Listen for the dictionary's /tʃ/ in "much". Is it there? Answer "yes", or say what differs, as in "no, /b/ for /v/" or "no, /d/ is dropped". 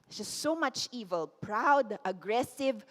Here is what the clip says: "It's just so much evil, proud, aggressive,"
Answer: yes